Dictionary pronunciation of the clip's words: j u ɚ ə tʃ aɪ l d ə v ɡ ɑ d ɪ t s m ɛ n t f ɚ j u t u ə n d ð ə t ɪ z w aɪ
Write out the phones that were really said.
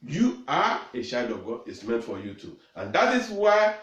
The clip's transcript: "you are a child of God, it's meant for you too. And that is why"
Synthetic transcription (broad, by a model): j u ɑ ə ʃ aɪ d ə v ɡ ɑ d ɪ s m ɛ n t f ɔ j u t u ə n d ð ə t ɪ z w aɪ